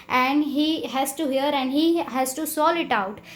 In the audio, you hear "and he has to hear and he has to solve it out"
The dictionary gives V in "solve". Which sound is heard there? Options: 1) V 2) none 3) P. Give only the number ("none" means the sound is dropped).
2